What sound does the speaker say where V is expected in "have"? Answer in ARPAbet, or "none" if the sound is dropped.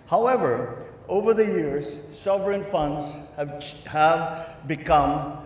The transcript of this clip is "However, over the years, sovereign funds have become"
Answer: V